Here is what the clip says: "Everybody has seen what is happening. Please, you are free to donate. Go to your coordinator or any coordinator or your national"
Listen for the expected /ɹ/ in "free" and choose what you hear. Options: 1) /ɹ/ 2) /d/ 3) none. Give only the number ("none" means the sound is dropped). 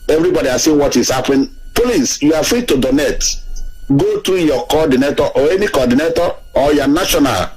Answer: 1